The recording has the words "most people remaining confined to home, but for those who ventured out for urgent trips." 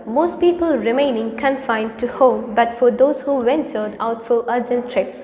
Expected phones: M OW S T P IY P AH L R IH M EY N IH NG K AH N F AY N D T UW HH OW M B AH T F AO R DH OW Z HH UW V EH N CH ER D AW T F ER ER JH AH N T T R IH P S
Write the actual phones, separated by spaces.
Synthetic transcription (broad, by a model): M OW S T P IY P AH L R IH M EY N IH NG K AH N F AY N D T UW HH OW M B AH T F AO R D OW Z HH UW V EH N S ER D AW T F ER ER JH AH N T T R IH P S